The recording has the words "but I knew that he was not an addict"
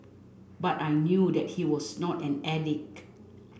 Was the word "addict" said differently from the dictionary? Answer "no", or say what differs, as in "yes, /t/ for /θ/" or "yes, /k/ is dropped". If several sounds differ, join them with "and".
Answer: yes, /t/ is dropped